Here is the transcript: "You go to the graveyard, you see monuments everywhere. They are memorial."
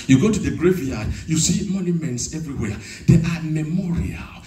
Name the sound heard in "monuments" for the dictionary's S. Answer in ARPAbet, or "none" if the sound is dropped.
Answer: S